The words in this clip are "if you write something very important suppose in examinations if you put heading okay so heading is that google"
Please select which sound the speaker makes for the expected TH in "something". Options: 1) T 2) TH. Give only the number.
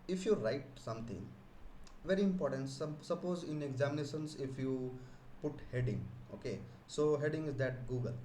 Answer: 1